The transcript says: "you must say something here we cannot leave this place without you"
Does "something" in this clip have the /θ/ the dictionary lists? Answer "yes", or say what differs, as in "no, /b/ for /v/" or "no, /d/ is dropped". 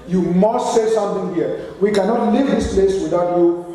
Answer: no, /t/ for /θ/